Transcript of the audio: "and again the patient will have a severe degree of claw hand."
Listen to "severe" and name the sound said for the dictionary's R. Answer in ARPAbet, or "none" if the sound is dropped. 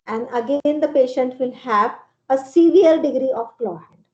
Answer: L